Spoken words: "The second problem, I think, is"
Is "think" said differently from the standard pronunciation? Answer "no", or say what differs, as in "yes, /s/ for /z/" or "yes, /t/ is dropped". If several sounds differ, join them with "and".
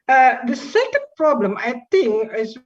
yes, /t/ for /θ/